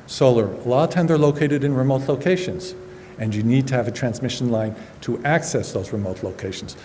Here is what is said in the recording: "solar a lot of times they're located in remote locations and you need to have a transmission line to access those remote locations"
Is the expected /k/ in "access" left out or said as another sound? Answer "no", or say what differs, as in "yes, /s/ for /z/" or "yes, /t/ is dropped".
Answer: no